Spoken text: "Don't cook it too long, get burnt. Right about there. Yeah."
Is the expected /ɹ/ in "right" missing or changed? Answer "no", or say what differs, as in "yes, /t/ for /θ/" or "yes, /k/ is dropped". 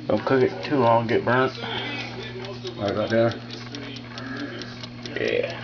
yes, /w/ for /ɹ/